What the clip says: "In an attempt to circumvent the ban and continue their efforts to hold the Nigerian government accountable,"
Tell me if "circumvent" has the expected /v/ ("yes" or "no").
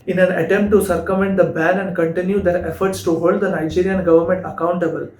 no